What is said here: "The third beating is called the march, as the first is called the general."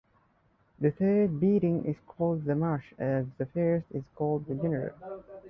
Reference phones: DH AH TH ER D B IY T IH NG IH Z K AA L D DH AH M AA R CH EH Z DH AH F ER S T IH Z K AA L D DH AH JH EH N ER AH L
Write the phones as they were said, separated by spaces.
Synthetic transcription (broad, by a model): DH AH TH ER D B IY T IH NG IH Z K AA L D DH AH M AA R SH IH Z DH AH F ER S T IH Z K AA L D DH AH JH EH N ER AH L